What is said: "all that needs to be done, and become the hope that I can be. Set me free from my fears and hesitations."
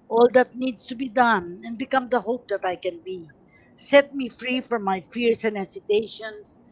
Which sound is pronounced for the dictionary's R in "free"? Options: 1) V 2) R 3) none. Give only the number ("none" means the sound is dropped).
2